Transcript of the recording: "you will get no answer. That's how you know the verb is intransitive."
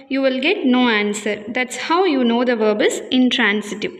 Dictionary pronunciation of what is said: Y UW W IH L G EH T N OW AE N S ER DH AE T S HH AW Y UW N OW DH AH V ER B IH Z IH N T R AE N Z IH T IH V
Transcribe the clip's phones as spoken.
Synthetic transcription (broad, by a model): Y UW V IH L G EH T N OW AE N S ER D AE T S HH AW Y UW N OW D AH V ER B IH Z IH N T R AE N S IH T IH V